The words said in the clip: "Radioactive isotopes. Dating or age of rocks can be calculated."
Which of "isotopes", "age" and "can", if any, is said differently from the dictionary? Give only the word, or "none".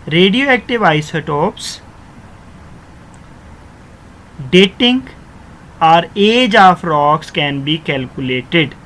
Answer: none